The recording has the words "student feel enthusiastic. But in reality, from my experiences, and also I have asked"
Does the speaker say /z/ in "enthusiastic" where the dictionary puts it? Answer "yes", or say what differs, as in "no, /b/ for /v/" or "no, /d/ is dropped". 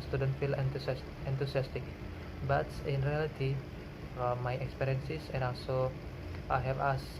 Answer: no, /s/ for /z/